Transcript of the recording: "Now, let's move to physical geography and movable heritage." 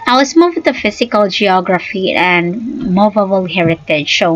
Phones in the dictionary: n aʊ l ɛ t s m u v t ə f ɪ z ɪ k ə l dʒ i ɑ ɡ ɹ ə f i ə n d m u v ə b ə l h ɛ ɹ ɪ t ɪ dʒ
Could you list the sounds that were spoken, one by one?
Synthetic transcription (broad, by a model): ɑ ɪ w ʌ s m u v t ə f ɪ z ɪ k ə l dʒ i ɑ ɡ ɹ ə f i ə n d m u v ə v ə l h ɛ ɹ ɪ t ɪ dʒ